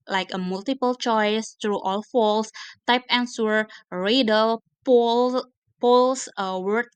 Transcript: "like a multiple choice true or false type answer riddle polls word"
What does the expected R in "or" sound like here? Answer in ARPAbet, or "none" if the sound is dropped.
L